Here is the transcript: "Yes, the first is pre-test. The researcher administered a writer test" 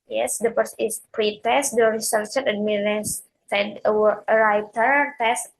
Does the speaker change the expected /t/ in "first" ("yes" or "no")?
yes